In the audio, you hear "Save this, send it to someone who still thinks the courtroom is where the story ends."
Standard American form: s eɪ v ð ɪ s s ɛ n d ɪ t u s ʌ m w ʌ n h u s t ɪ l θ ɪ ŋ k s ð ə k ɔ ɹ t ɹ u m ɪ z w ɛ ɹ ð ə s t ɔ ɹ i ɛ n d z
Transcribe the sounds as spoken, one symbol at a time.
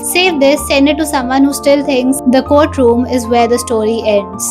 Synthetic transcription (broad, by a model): s eɪ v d ɪ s s ɛ n d ɪ t u s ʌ m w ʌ n h u s t ɪ l t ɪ ŋ k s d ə k ɔ ɹ t ɹ u m ɪ z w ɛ ɹ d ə s t ɔ ɹ i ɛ n d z